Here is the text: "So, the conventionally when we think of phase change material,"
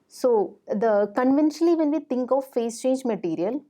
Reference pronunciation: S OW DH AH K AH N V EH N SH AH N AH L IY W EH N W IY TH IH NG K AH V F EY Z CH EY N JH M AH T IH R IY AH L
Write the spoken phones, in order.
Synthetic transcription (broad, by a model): S OW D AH K AH N V EH N SH AH N AH L IY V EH N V IY T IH NG K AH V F EY S CH EY N JH M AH T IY R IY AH L